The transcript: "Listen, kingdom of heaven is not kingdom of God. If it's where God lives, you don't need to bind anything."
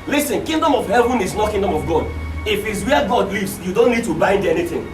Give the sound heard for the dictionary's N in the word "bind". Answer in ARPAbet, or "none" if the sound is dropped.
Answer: N